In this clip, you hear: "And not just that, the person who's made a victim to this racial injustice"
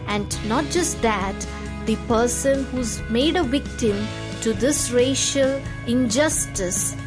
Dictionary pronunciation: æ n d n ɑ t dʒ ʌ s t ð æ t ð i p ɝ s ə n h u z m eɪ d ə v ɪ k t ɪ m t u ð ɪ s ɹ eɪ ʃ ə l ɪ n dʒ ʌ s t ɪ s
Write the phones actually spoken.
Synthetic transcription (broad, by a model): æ n d n ɑ t dʒ ʌ s t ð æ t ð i p ɝ s ə n h u z m eɪ d ə v ɪ k t ɪ m t u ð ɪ s ɹ eɪ ʃ ə l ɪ n dʒ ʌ s t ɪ s